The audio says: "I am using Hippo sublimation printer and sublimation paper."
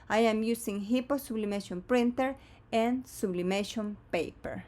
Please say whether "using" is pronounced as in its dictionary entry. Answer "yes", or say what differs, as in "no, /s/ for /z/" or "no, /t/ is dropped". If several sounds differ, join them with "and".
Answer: no, /s/ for /z/